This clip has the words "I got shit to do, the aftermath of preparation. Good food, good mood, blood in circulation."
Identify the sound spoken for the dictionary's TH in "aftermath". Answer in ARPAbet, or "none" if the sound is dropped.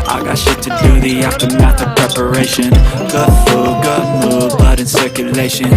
T